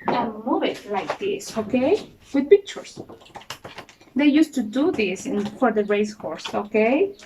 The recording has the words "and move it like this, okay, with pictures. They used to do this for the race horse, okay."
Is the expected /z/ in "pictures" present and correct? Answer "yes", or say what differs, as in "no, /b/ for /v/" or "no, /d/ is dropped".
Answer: no, /s/ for /z/